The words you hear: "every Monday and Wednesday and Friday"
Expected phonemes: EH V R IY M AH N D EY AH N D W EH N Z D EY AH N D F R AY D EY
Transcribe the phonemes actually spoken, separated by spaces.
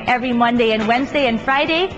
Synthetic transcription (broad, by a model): EH V R IY M AH N D EY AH N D W EH N Z D EY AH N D F R AY D EY